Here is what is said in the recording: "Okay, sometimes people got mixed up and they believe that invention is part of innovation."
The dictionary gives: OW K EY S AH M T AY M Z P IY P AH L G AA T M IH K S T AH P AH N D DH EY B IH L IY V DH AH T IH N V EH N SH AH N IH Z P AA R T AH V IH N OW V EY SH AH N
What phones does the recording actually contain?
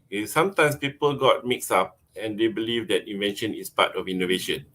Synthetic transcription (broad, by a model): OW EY S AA M T AY M S P IY P AH L G AA T M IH K S AA P AH N D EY B IH L IY V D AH T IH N V EH N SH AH N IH S P AA T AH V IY N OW V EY SH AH N